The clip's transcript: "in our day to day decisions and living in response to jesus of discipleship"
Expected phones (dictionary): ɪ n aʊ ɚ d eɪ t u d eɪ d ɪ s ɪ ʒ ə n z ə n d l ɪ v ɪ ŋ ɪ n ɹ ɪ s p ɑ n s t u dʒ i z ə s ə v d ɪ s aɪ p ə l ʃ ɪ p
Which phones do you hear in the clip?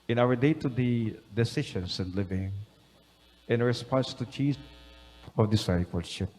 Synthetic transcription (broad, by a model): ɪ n aʊ ɚ d eɪ t u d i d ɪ s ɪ ʃ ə n s ə n d l ɪ v ɪ ŋ ɪ n ɹ ɪ s p ɑ n s t u tʃ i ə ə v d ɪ s aɪ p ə l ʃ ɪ p